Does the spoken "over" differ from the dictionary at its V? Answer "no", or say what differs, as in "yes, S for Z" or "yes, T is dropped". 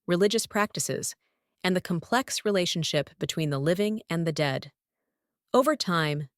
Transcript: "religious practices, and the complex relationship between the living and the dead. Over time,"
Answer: no